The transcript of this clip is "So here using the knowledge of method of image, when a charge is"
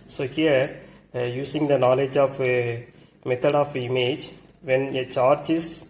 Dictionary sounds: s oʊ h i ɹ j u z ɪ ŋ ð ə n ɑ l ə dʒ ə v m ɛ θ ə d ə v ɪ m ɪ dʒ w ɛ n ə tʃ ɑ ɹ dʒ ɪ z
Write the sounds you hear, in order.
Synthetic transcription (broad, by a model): s oʊ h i ɹ j u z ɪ ŋ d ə n ɑ l ə dʒ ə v m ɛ t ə d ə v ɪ m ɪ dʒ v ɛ n ə tʃ ɑ ɹ dʒ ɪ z